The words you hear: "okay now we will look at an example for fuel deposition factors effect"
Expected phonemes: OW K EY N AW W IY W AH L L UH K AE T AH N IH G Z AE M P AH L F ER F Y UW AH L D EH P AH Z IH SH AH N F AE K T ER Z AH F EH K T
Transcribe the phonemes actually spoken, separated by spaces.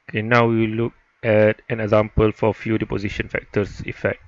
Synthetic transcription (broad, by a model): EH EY N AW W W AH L L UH K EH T AH N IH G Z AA M P AH L F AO F Y UW D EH P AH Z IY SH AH N F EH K T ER S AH F EH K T